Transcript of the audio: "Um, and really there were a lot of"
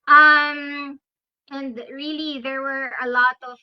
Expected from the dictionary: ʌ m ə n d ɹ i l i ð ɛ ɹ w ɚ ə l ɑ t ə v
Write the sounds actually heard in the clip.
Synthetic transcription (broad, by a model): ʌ m ə n d ɹ i l i ð ɛ ɹ w ɚ ə l ɑ t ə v